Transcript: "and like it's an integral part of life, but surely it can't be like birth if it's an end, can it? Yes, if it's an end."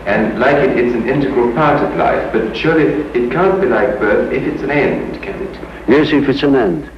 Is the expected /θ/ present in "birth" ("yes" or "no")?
yes